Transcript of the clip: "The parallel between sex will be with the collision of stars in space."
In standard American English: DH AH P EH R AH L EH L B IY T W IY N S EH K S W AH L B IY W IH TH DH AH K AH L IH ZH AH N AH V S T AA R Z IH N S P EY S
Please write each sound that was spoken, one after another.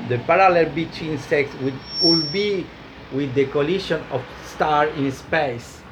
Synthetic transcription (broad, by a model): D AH P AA R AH L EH L B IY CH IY N S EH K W W AH L B IY W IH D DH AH K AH L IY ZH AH N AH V S T AA R IH N S P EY S